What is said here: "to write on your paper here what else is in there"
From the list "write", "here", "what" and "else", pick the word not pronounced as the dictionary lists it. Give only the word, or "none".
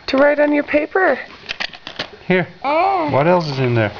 none